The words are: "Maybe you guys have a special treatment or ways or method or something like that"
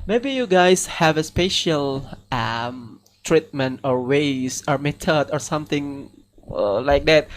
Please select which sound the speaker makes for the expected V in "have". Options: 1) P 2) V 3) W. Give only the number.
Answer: 2